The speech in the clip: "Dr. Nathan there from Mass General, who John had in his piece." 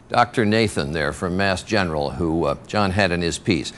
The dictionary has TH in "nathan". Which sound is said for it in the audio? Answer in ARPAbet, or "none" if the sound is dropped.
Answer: TH